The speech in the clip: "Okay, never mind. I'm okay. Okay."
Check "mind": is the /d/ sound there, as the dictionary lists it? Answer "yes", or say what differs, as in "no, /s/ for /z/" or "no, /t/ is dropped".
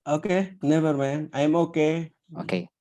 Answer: no, /d/ is dropped